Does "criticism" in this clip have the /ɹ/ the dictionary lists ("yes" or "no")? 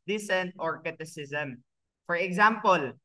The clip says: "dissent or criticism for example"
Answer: no